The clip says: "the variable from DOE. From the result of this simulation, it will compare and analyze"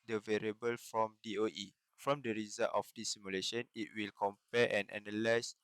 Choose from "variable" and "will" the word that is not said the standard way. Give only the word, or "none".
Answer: none